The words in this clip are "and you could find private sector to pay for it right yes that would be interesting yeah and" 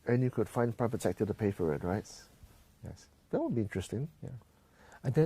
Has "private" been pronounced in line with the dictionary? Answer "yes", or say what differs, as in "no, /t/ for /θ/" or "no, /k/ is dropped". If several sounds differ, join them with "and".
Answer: no, /p/ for /v/